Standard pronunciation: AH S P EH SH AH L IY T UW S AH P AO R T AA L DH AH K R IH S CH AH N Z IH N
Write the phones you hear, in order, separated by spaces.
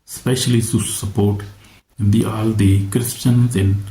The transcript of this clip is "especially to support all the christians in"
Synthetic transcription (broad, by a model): S P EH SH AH L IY S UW S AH P AO R T AA L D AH K R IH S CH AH N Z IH N